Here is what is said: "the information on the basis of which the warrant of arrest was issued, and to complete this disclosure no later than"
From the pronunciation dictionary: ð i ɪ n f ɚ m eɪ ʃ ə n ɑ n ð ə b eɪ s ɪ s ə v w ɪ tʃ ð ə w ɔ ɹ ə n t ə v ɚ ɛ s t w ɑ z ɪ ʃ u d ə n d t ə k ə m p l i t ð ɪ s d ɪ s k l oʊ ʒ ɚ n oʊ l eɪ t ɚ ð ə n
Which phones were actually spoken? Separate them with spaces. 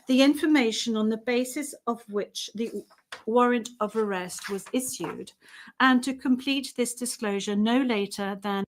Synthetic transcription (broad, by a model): ð i ɪ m f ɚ m eɪ ʃ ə n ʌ n ð ə b eɪ s ɪ s ə v w ɪ tʃ ð ə w ɔ ɹ ə n t ə v ɚ ɛ s t w ɑ z ɪ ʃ u d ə n t ə k ə m p l i t ð ɪ s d ɪ s k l oʊ ʒ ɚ n oʊ l eɪ t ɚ ð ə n